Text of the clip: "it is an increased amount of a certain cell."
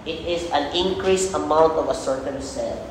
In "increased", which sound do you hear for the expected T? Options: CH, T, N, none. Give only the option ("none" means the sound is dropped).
none